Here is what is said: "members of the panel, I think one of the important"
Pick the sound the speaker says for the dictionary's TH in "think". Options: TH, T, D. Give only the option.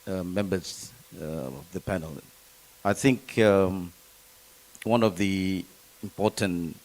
TH